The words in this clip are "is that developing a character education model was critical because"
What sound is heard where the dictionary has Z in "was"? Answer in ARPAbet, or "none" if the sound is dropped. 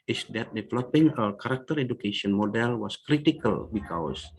S